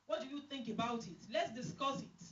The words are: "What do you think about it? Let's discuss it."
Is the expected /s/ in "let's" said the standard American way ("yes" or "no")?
yes